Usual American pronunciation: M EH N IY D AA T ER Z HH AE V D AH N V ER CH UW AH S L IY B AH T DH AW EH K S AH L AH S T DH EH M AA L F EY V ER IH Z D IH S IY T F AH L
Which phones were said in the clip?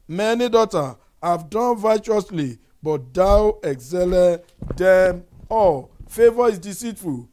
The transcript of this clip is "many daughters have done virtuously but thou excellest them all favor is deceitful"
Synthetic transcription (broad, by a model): M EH N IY D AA T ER HH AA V D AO N V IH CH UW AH S L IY B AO T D AW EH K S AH L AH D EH M AA L F EY V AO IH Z D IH S IY T F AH L